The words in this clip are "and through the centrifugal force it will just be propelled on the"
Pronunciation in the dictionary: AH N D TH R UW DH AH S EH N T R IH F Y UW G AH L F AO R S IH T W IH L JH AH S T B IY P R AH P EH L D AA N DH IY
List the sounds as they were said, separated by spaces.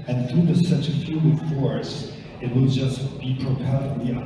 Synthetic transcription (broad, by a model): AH N TH R UW DH AH S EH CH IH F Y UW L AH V F AO R S IH T W IH L JH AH S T B IY P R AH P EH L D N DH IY